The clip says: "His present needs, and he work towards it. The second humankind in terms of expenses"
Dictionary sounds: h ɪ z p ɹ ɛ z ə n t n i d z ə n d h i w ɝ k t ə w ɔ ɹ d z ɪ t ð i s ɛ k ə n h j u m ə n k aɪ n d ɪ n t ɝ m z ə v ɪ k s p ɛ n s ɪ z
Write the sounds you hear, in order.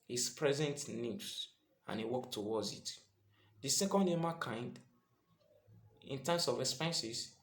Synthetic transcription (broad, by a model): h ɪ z p ɹ ɛ z ə n t n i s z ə n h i w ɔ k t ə w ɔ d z ɪ t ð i s ɛ k ə n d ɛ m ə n k aɪ n d ɪ n t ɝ m s ə v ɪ k s p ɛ n s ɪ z